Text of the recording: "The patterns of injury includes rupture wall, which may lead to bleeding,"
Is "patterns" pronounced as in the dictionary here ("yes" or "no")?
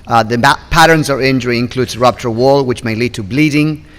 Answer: yes